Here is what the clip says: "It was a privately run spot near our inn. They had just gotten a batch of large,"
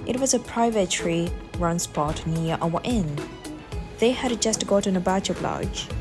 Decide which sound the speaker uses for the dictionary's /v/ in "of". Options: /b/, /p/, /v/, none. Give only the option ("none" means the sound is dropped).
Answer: /b/